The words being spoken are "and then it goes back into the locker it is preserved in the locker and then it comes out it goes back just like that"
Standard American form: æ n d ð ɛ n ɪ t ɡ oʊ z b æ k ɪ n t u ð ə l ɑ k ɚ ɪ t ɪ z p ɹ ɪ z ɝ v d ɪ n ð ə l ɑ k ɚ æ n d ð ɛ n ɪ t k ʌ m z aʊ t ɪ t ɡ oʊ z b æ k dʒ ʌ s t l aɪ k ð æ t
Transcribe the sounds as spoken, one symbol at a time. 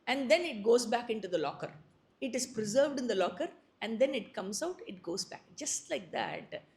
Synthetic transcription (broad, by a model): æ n d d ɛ n ɪ t ɡ oʊ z b æ k ɪ n t u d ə l ɑ k ɚ ɪ t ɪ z p ɹ ɪ z ɝ v d ɪ n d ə l ɑ k ɚ æ n d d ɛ n ɪ t k ʌ m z aʊ t ɪ t ɡ oʊ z b æ k dʒ ʌ s t l aɪ k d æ t